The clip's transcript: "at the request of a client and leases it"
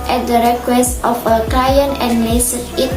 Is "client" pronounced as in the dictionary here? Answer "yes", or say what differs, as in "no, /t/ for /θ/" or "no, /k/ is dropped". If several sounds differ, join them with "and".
no, /t/ is dropped